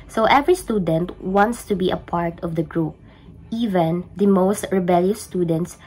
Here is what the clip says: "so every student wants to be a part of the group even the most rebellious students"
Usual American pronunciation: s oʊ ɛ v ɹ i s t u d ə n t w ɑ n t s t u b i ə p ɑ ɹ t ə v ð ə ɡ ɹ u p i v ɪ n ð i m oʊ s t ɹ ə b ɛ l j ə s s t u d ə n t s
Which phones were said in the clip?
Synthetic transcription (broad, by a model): s oʊ ɛ v ɹ i s t u d ə n t w ɑ n t s t u b i ə p ɑ ɹ t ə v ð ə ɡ ɹ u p i v ɪ n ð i m oʊ s t ɹ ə b ɛ l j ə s s t u d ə n t s